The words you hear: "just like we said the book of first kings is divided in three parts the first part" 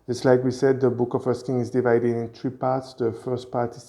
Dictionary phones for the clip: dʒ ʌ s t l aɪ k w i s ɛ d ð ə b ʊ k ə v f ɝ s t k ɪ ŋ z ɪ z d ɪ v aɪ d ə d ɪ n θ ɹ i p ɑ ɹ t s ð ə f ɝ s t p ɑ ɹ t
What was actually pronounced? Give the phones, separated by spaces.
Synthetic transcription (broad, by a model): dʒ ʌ s t l aɪ k w i s ɛ d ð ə b ʊ k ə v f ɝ s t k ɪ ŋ ɪ z d ɪ v aɪ d ə d ɪ n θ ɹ i p ɑ ɹ t s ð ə f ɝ s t p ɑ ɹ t